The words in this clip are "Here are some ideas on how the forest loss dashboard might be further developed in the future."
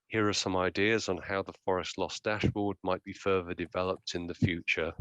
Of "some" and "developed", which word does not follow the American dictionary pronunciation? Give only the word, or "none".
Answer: none